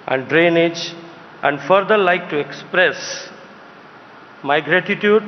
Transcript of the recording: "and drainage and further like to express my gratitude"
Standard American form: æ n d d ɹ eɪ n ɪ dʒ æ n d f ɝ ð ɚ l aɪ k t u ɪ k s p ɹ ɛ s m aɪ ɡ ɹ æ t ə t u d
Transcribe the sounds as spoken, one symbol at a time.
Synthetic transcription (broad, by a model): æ n d d ɹ eɪ n ɪ dʒ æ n d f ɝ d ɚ l aɪ k t u ɪ k s p ɹ ɛ s m aɪ ɡ ɹ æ t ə t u d